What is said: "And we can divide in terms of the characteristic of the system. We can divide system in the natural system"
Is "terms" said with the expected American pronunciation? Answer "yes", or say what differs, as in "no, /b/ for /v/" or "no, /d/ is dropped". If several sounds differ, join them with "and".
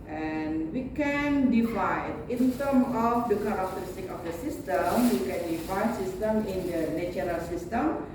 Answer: no, /z/ is dropped